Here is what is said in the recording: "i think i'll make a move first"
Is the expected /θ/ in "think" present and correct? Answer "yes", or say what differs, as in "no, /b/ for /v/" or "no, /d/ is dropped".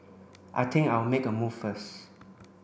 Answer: no, /t/ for /θ/